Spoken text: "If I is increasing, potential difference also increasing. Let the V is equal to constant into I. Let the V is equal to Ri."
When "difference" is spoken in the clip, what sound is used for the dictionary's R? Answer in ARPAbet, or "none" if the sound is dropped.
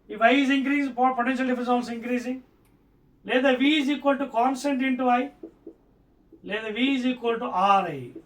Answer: none